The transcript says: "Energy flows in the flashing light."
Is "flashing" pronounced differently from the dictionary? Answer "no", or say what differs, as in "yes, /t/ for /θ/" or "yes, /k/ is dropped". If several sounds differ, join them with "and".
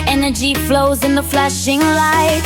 no